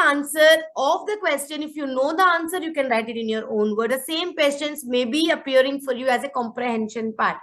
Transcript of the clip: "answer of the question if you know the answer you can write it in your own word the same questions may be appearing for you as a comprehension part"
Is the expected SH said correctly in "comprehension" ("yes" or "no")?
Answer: yes